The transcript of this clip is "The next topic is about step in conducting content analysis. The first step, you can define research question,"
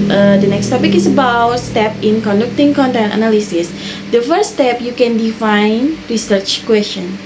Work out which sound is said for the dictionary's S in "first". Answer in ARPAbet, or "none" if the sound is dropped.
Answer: none